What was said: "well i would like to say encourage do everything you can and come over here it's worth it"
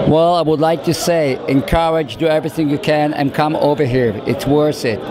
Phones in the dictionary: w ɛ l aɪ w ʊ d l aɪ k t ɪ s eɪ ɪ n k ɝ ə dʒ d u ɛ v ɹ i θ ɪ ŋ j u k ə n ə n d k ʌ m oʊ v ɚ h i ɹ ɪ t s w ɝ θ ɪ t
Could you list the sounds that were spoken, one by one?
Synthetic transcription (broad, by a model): w ɛ l aɪ w ʊ d l aɪ k t ɪ s eɪ ɪ n k ɝ ə dʒ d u ɛ v ɹ i θ ɪ ŋ j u k ə n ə n k ʌ m oʊ v ɚ h i ɹ ɪ t s w ɝ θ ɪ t